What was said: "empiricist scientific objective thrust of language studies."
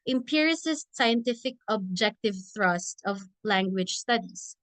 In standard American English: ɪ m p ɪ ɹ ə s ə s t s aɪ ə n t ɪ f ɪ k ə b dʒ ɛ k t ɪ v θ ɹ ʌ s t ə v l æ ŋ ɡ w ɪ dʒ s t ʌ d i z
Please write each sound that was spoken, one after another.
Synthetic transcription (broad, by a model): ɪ m p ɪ ɹ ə s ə s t s aɪ ə n t ɪ f ɪ k ə b dʒ ɛ k t ɪ v θ ɹ ʌ s t ə v l æ ŋ ɡ w ɪ dʒ s t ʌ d i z